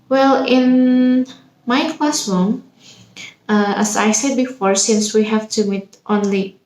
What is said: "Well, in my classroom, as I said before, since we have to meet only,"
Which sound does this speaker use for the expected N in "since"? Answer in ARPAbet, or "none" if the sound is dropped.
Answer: N